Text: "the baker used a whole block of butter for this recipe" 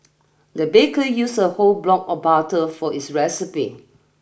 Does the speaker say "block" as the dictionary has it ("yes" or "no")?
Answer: yes